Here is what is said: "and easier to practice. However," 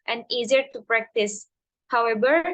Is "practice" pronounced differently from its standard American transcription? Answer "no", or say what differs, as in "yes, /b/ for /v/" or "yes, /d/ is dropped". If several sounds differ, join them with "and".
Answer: no